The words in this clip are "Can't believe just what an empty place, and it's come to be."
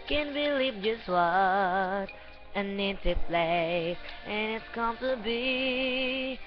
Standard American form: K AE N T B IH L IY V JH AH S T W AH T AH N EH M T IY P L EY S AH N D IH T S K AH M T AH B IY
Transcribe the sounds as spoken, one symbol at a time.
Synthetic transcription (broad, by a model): K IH N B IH L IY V JH AH S T W AH T AH N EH T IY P L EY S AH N IH T S K AH M T AH B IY